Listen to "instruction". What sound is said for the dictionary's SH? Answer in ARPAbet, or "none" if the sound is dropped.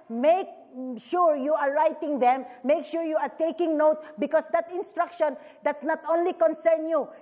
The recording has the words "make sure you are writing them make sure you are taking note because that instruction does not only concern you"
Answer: SH